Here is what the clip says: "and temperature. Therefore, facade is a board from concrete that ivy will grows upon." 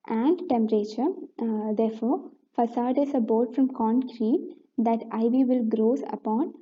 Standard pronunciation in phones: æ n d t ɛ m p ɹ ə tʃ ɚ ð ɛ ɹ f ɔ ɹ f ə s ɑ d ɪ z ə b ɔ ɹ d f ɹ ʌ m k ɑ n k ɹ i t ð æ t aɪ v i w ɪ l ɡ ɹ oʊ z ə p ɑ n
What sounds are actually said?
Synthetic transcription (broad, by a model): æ n d t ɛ m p ɹ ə tʃ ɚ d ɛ ɹ f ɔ ɹ f ə s ɑ d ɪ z ə b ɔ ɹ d f ɹ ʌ m k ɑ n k ɹ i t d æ t aɪ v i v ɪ l ɡ ɹ oʊ s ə p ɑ n